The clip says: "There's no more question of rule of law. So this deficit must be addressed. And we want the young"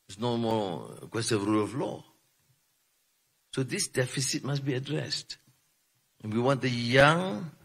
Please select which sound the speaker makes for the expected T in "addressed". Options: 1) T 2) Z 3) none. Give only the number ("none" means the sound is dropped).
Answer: 1